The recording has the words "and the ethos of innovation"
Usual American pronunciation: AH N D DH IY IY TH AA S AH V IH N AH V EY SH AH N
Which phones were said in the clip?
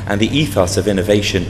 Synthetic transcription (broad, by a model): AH N DH IY IY TH AA S AH V IH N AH V EY SH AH N